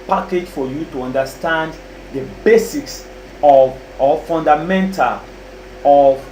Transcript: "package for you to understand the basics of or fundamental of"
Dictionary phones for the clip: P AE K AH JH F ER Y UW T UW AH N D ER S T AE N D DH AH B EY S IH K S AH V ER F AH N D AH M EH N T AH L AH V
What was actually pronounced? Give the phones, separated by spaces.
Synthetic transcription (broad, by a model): P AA K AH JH F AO Y UW T UW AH N D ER S T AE N D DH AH B EY S IH K S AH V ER F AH N D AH M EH N T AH L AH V